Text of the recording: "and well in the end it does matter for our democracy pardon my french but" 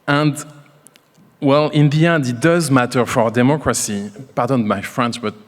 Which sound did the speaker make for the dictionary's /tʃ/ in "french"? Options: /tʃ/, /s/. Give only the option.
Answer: /s/